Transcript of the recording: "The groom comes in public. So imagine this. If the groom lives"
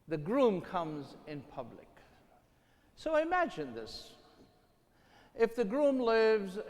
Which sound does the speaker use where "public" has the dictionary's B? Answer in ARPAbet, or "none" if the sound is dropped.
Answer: B